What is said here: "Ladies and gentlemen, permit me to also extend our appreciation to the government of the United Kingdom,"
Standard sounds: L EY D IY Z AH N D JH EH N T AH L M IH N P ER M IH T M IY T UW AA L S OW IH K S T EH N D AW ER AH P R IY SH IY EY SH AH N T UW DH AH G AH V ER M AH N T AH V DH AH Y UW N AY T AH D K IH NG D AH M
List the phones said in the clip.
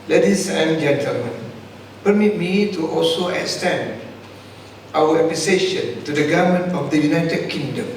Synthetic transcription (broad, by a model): L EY D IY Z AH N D JH EH N T AH L M IH N P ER M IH T M IY T UW AA L S OW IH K S T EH N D AW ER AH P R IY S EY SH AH N T UW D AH G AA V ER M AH N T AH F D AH Y UW N AY T AH D K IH NG D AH M